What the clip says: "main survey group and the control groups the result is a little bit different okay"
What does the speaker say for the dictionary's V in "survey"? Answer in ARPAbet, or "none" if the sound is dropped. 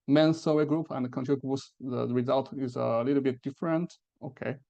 W